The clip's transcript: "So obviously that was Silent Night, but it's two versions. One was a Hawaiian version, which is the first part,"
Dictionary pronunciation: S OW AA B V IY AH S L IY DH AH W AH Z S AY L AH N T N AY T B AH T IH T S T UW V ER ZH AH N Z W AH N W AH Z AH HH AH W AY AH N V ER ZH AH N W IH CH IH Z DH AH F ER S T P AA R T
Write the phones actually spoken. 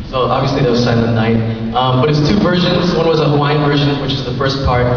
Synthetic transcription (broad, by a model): S OW AA B V IY AH S L IY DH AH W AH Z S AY AH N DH N AY T B AH T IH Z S T UW V ER ZH AH N Z W AH N W AH Z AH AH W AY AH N V ER ZH AH N W IH CH IH Z DH AH F ER S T P AA R T